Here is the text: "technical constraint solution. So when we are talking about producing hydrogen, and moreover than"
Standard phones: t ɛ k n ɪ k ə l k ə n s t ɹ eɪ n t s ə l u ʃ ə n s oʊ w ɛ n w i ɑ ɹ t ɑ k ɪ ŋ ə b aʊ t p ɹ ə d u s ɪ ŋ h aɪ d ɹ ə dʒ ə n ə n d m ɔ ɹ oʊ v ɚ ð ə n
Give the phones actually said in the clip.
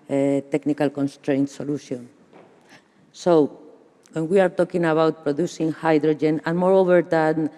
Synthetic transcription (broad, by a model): t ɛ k n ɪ k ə l k ə n s t ɹ eɪ n t s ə l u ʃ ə n s oʊ w ɛ n w i ɑ ɹ t ɑ k ɪ ŋ ə b aʊ t p ɹ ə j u s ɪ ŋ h aɪ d ɹ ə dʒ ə n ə n m ɔ ɹ oʊ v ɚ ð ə n